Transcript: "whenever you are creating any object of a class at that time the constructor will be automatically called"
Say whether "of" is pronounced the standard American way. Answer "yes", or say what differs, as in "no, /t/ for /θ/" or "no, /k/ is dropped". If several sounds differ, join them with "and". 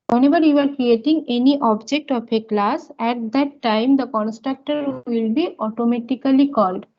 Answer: no, /p/ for /v/